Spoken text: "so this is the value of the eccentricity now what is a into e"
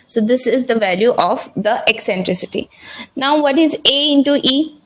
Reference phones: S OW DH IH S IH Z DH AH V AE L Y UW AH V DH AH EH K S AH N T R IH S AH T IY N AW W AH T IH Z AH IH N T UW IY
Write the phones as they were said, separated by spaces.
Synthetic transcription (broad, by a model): S OW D IH S IH Z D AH V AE L Y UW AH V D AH EH K S AH N T R IH S AH T IY N AW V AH T IH Z AH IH N T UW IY